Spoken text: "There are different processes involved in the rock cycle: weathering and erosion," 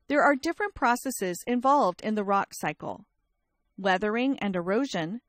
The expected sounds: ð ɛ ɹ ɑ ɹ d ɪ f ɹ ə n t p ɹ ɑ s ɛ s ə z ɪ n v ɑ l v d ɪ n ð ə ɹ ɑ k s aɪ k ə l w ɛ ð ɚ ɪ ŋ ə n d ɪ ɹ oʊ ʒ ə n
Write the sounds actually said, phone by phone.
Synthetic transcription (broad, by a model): ð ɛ ɹ ɑ ɹ d ɪ f ɹ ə n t p ɹ ɑ s ɛ s ə z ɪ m v ɑ l v d ɪ n ð ə ɹ ɑ k s aɪ k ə l w ɛ ð ɚ ɪ ŋ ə n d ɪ ɹ oʊ ʒ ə n